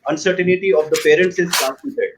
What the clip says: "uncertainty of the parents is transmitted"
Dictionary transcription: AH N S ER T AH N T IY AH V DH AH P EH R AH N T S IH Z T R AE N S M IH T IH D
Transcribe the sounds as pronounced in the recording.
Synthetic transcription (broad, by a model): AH N S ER T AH N T IY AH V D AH P EH R AH N T S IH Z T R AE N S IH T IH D